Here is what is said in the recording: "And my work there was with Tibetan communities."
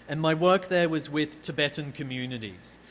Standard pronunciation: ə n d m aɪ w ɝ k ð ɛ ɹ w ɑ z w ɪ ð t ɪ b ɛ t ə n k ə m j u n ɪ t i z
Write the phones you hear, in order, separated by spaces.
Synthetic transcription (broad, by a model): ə n m aɪ w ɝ k ð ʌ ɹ w ɑ z w ɪ ð t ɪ b ɛ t n k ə m j u n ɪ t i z